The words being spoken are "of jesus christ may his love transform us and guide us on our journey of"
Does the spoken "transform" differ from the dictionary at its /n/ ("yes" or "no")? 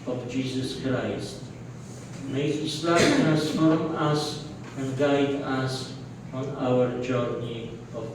yes